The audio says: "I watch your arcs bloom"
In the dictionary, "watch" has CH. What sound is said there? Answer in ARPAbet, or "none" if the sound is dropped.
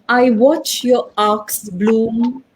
CH